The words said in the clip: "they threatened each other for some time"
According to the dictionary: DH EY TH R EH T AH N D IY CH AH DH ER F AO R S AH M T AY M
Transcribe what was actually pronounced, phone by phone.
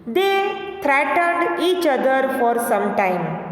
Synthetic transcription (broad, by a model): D EY T R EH T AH D IY CH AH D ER F AO R S AH M T AY M